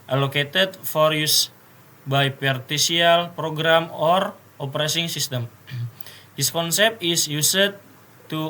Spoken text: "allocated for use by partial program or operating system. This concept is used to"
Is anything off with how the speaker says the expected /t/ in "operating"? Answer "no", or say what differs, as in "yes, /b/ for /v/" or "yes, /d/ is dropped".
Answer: yes, /s/ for /t/